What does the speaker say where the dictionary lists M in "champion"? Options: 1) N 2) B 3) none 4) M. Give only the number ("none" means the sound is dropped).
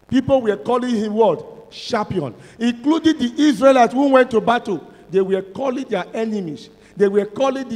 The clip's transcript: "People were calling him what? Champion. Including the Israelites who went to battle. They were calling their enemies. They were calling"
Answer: 3